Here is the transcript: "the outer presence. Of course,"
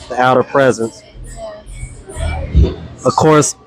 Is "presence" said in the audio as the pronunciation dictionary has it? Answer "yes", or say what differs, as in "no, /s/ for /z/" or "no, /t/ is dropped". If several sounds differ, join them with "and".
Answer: yes